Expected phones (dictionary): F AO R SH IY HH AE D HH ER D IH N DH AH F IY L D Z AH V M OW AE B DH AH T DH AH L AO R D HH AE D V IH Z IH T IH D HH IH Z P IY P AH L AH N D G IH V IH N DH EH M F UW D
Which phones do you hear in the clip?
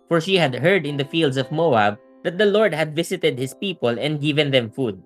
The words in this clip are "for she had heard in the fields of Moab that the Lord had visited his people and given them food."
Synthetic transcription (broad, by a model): F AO R SH IY HH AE D HH ER D IH N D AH F IY L D S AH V M OW AE B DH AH T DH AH L AO R D HH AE D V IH S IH T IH D HH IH S P IY P AH L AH N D G IH V IH N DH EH M F UW D